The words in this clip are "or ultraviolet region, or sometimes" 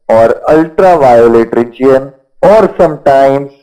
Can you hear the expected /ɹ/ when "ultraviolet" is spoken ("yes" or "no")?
yes